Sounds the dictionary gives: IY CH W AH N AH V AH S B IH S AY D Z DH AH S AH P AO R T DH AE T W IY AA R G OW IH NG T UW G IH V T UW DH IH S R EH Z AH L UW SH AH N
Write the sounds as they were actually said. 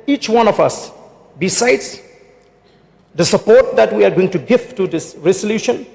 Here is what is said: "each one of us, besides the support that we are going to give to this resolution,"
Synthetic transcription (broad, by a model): IY CH W AH N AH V AH S B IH S AY D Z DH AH S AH P AO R T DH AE T W IY AA R G OW IH NG T UW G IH F T UW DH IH S R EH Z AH L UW SH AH N